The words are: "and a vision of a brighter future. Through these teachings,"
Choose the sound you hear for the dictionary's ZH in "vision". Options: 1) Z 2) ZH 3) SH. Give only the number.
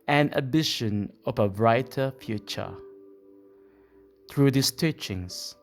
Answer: 3